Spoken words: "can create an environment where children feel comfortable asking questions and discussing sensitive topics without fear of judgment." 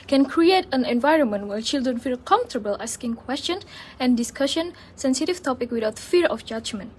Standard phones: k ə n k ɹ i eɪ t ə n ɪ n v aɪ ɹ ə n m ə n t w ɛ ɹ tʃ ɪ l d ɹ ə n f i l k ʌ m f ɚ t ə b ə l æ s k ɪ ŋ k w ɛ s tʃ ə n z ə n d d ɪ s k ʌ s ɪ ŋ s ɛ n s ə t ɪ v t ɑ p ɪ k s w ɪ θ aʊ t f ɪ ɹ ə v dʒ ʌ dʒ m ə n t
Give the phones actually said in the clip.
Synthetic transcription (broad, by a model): k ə n k ɹ i eɪ t ə n ɪ n v aɪ ɹ ə n m ə n t w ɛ tʃ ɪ l d ɹ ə n f i l k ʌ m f t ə b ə l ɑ s k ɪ ŋ k w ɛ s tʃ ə n ə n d d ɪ s k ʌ ʃ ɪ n s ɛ n s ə t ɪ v t ɑ p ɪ k w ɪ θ aʊ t f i ɹ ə f dʒ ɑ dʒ m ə n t